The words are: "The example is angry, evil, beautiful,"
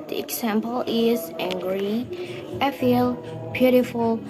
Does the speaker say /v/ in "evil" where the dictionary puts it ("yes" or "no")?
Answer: no